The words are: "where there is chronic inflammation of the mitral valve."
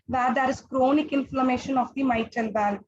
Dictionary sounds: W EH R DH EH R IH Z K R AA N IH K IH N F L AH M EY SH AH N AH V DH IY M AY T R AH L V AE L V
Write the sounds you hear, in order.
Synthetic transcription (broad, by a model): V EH R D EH R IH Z K R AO N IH K IH N F L AH M EY SH AH N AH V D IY M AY T AH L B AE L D